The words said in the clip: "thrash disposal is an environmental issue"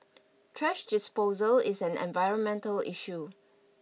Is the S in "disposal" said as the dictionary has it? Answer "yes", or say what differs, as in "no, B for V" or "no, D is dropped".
yes